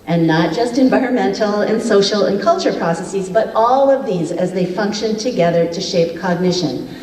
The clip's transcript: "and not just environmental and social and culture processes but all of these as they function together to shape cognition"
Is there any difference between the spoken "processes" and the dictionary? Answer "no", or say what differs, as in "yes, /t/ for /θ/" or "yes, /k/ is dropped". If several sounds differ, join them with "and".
no